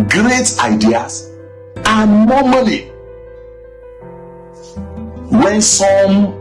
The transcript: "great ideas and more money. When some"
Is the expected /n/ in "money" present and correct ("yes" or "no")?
no